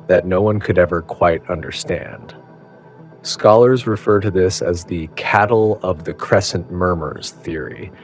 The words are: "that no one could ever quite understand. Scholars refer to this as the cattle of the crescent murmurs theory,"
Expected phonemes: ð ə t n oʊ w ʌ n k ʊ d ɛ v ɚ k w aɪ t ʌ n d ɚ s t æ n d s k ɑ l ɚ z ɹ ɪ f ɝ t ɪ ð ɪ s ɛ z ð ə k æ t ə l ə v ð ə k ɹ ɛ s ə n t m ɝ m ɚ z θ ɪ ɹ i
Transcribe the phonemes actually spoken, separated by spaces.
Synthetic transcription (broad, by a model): ð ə t n oʊ w ʌ n k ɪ d ɛ v ɚ k w aɪ t ʌ n d ɚ s t æ n d s k ɑ l ɚ z ɹ ɪ f ɝ t ɪ ð ɪ s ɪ z ð ə k æ t l ə v ð ə k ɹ ɛ s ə n m ɝ m ɚ z θ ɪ ɹ i